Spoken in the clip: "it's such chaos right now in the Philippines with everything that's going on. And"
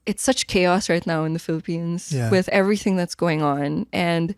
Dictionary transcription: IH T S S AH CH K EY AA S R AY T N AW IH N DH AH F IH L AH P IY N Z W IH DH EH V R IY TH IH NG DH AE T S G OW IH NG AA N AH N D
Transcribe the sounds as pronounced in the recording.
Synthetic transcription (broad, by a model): IH T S S AH CH K EY AA S R AY T N AW IH N DH AH F IH L AH P IY N Z W IH DH EH V R IY TH IH NG DH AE T S G OW IH NG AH N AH N